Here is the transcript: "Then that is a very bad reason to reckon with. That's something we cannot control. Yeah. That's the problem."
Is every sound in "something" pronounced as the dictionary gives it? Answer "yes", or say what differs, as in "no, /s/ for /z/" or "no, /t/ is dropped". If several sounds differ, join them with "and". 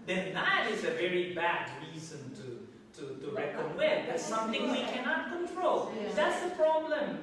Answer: no, /t/ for /θ/